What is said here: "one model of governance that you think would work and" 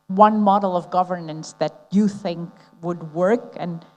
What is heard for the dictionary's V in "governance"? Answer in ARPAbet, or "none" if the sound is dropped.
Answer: V